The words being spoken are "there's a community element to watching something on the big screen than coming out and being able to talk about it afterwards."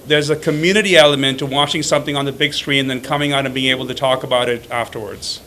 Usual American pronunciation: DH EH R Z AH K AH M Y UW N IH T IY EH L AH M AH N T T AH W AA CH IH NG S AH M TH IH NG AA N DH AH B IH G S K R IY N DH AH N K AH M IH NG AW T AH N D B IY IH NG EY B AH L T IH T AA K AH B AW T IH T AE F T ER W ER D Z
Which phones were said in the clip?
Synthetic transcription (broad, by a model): DH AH R Z AH K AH M Y UW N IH T IY EH L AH M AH N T T AH W AA CH IH NG S AH M TH IH NG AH N DH AH B IH G S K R IY N DH AH N K AH M IH NG AW T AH N B IY IH NG EY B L T IH T AA K AH B AW T IH T AE F T ER W ER D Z